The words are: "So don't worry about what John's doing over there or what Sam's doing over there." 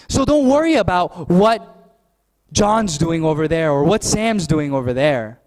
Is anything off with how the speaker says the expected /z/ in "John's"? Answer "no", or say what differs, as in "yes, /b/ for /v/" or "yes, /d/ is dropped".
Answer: no